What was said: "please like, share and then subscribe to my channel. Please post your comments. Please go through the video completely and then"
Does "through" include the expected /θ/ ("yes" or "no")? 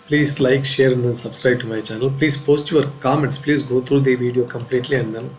no